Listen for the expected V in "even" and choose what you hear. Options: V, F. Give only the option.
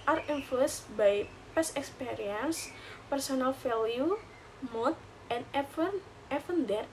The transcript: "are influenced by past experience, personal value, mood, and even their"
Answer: F